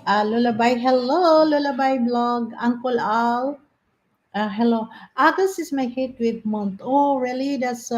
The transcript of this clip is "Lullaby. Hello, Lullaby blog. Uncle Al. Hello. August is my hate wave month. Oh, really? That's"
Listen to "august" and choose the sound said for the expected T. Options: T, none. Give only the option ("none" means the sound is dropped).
none